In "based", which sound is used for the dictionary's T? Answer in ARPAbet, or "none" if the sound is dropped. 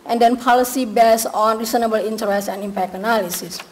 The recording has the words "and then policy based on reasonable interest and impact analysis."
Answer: none